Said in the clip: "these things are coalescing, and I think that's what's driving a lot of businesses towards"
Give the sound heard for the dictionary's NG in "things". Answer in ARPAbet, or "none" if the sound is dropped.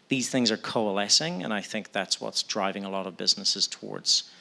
NG